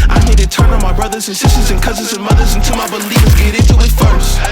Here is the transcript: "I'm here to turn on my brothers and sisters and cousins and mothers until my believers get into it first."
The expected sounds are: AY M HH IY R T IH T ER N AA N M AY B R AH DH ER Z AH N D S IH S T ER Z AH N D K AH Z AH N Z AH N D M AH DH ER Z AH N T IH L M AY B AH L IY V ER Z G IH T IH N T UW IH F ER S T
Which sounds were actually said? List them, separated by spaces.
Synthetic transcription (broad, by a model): AY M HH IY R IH T ER N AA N M AY B R AH DH ER Z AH N S IH S T ER Z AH N K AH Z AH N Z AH N M AH DH ER Z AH N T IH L M AY B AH L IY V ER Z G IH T IH N T UW IH F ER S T